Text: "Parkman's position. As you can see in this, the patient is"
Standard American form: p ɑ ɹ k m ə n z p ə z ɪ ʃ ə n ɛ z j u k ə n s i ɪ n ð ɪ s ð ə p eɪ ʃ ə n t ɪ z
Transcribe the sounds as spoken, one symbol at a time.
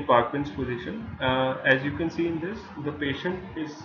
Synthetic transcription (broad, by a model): p ɑ ɹ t m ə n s p ə z ɪ ʃ ə n ɛ z j u k ə n s i ɪ n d ɪ s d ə p eɪ ʃ ə n t ɪ z